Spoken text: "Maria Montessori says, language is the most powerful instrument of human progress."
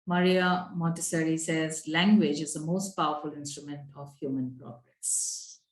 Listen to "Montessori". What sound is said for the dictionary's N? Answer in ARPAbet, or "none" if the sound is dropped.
none